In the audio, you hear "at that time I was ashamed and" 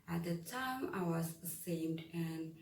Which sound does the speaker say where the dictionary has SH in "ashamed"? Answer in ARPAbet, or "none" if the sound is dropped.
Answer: S